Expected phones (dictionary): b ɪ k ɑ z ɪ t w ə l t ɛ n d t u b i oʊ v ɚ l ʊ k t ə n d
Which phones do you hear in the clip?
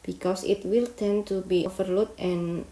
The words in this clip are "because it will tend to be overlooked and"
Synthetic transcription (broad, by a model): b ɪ k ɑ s ɪ t w ə l t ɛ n t u b i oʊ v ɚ l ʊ t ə n